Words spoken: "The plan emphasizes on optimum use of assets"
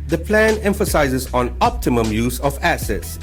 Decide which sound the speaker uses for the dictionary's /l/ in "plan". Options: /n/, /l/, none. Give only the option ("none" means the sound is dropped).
/l/